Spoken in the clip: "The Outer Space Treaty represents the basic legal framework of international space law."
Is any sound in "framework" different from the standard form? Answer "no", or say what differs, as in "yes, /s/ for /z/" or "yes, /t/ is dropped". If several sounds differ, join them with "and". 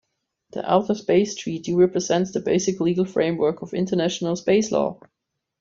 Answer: no